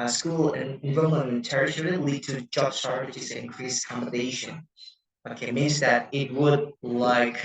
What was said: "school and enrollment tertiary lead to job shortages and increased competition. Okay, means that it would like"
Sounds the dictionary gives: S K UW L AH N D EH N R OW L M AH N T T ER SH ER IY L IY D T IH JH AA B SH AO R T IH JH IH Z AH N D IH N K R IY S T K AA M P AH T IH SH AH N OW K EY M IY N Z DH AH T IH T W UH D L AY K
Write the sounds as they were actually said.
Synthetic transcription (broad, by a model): S K UW L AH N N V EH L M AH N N T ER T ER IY L IY D T IH JH AA B S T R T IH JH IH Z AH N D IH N K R IY S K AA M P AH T IH SH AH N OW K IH M IY N Z DH AH T IH T W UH D L AY K